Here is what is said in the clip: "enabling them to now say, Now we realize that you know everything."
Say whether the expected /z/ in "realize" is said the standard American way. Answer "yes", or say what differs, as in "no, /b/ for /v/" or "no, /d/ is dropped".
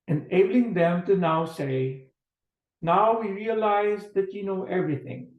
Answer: yes